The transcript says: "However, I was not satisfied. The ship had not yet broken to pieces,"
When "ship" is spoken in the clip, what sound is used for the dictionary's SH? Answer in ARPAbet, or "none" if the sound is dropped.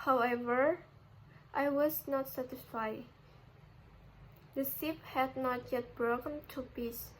S